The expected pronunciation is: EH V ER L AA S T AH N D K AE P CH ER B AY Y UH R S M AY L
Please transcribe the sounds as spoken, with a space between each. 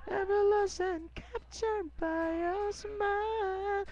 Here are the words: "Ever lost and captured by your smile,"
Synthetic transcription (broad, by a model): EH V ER L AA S AH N K AE P CH ER B AY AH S M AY L